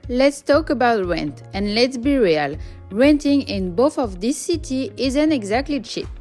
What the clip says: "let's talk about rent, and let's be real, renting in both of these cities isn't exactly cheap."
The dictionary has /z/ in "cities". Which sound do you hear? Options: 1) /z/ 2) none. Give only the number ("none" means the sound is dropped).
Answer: 2